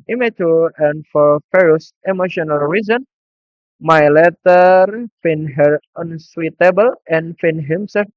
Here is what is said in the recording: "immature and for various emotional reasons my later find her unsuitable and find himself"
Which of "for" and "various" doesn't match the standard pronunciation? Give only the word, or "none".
various